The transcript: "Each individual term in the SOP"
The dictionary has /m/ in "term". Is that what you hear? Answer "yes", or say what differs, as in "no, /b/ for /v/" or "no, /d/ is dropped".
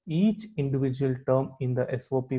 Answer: yes